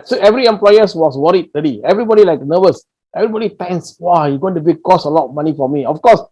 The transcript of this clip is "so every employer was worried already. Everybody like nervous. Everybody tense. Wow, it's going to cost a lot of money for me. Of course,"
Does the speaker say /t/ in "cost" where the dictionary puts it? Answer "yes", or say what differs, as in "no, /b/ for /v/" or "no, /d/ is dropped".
no, /t/ is dropped